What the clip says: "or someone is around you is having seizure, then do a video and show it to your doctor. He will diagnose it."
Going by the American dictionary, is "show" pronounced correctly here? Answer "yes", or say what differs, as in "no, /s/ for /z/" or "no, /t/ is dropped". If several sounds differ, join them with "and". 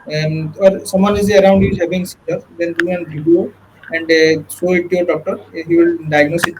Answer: no, /s/ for /ʃ/